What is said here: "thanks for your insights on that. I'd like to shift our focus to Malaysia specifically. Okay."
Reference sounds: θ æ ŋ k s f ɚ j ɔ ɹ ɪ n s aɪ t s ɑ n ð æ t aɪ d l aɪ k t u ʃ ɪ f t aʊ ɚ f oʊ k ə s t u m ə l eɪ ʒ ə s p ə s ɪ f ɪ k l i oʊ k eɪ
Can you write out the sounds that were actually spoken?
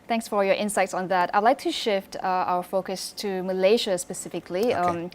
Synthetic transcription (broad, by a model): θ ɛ ŋ k s f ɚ j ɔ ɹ ɪ n s aɪ t s ɑ n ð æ t aɪ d l aɪ k t u ʃ ɪ f t aʊ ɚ f oʊ k ə s t u m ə l eɪ ʃ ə s p ə s ɪ f ɪ k l i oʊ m